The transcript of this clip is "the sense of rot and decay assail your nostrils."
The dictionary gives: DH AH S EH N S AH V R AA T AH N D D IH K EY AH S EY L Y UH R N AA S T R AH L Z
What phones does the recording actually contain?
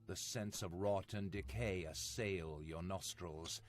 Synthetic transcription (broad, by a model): DH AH S EH N S AH V R AA T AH N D D IH K EY AH S EY L Y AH R N AA S T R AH L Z